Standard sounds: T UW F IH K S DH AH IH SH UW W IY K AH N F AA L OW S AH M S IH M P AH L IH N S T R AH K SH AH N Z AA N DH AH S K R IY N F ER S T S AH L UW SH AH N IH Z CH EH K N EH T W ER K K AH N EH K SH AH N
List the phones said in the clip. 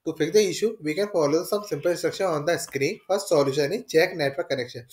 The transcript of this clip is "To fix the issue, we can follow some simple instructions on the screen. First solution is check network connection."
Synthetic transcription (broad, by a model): T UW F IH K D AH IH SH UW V IY K AH N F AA L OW S AH M S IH M P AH L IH S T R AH K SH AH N AA N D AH S K R IY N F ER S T S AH L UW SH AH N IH CH EH K N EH T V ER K K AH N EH K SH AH N